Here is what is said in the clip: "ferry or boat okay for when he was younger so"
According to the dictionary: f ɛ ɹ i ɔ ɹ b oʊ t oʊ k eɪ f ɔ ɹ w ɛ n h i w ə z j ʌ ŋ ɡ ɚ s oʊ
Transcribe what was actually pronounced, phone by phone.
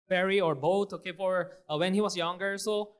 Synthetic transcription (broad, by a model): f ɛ ɹ i ɔ ɹ b oʊ t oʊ k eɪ p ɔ ɹ w ɛ n h i w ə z j ʌ ŋ ɡ ɚ s oʊ